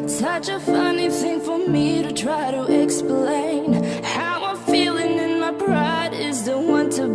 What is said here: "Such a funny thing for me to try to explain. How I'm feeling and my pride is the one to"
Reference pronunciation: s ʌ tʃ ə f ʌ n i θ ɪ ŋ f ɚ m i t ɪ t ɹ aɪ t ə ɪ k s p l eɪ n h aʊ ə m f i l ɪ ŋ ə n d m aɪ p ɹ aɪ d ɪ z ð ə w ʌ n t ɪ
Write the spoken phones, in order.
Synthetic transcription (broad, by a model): s ʌ tʃ ə f ʌ n i θ ɪ ŋ f ɚ m i t ɪ t ɹ aɪ t ə ɪ k s p l eɪ n h aʊ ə f i l ɪ ŋ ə n m aɪ b ɹ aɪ d ɪ z ð ə w ʌ n t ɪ